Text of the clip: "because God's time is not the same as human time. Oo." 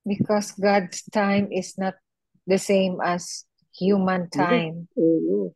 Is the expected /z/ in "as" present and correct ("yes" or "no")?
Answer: no